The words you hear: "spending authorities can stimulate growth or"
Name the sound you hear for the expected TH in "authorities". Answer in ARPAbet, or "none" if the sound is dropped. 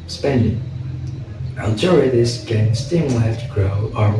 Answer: T